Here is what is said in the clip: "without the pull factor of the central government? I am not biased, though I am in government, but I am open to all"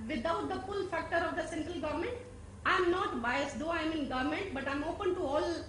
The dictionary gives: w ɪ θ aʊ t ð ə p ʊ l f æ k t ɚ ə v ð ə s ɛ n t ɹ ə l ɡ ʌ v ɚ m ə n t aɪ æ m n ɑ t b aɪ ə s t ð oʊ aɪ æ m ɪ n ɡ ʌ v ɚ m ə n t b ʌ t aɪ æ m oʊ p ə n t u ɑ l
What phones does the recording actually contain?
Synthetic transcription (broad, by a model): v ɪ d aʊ t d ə f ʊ l f æ k t ɚ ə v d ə s ɛ n t ɹ ə l ɡ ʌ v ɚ m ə n t aɪ m n ɑ t b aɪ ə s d oʊ aɪ m ɪ n ɡ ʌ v m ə n t b ʌ t aɪ m oʊ p ə n t u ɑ l